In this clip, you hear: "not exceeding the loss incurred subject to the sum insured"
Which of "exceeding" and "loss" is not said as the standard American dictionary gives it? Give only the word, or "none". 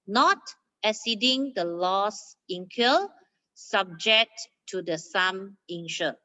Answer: exceeding